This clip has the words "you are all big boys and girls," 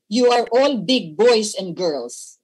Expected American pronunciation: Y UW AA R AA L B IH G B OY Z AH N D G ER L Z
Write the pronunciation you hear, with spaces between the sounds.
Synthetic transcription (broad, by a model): Y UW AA R AA L B IH G B OY S AH N D G ER L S